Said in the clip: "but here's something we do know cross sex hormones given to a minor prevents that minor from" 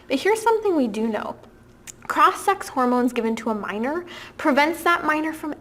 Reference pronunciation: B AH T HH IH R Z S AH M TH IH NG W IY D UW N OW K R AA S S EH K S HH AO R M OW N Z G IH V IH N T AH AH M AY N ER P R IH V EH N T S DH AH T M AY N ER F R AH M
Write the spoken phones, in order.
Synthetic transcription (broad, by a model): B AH T HH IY R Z S AH M TH IH NG W IY D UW N OW K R AA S S EH K S HH AO R M OW N Z G IH V IH N T AH AH M AY N ER P R IH V EH N T S DH AH T M AY N ER F R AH M